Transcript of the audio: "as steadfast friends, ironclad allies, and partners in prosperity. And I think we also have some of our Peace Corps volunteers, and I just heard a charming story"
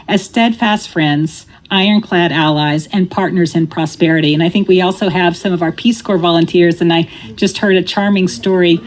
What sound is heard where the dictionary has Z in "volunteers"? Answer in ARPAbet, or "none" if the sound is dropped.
Z